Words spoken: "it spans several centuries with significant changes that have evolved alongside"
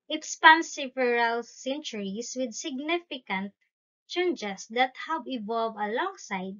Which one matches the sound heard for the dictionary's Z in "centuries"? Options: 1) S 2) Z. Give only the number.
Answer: 1